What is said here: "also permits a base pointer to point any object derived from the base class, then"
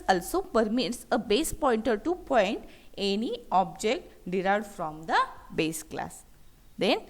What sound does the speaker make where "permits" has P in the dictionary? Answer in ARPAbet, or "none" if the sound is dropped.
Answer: P